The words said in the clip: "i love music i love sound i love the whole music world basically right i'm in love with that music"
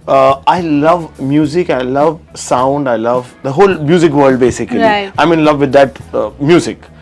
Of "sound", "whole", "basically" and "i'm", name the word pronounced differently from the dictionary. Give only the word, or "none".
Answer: basically